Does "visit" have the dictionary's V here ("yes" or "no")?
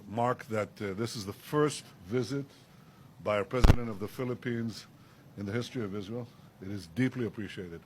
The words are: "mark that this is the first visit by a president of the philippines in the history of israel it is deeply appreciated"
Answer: yes